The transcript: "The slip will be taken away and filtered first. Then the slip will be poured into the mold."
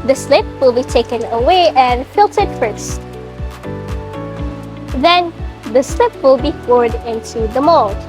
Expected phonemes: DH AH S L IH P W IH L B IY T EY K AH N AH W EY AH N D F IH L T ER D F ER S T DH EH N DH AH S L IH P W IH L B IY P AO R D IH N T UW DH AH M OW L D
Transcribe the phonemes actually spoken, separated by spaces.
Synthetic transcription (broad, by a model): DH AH S L IH P W IH L B IY T EY K AH N AH W EY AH N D F IH L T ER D F ER S T DH EH N DH AH S L IH P W IH L B IY F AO R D IH N T UW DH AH M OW L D